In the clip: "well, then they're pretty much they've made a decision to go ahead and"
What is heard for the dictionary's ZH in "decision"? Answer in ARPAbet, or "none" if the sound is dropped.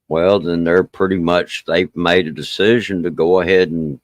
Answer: ZH